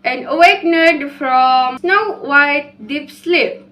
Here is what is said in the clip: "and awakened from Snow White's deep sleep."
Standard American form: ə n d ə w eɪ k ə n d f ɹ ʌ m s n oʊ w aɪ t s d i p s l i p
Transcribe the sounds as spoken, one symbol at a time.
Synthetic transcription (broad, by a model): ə n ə w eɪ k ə d f ɹ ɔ m s n oʊ w aɪ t d i p s l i p